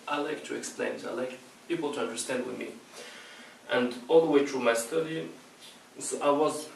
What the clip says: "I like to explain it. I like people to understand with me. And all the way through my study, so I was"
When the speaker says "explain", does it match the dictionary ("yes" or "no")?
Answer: yes